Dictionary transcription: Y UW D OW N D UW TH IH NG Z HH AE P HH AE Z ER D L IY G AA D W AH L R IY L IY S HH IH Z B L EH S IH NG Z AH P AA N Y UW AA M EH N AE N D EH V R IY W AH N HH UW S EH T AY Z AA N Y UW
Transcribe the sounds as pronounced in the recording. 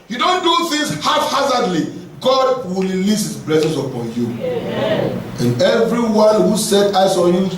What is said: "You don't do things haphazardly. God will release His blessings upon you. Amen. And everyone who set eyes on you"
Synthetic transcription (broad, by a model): Y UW D OW N D UW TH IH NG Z HH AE F HH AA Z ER D L IY G AA D W AH L R IY L IY S HH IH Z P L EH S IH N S AH P AA N Y UW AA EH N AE N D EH V R IY W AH N HH UW S EH T AY S AA N Y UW